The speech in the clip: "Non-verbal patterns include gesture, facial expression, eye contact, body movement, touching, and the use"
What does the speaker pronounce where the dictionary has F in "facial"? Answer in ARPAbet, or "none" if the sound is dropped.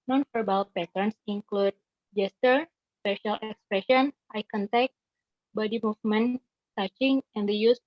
P